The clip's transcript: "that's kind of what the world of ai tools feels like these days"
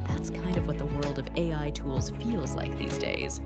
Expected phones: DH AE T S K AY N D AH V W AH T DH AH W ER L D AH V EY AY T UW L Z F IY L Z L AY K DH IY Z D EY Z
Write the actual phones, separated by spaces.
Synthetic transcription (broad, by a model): DH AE T S K AY N D AH V W AH T DH AH W ER L D AH V EY AY T UW L Z F IY L Z L AY K DH IY Z D EY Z